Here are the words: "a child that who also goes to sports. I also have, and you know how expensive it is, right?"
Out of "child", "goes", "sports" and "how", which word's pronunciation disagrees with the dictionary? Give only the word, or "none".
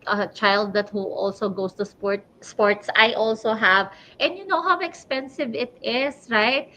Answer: goes